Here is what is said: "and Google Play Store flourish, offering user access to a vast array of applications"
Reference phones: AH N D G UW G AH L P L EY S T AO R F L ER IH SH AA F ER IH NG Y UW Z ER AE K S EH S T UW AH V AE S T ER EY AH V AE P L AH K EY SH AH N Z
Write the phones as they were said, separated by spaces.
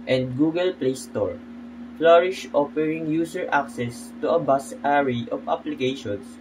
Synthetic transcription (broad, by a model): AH N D G UW G AH L P L EY S T AO R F L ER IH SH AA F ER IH NG Y UW S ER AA K S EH S T UW AH B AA S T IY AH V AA P L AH K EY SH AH N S